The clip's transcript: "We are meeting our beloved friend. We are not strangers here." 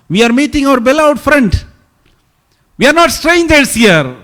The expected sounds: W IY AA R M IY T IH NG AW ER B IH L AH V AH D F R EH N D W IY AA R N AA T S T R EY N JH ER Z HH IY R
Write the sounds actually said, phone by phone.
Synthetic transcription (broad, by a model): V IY AA R M IY T IH NG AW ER B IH L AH AH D F R EH N D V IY AA R N AA T S T R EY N JH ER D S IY R